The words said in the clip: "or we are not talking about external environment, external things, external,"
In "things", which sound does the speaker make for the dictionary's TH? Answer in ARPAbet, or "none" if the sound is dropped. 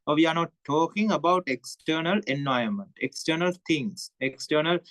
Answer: T